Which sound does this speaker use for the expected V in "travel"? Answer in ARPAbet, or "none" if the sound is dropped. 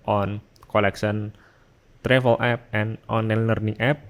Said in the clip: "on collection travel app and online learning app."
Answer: F